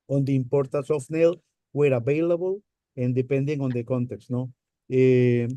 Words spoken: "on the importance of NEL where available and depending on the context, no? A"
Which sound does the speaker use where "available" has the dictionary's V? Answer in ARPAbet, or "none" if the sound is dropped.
B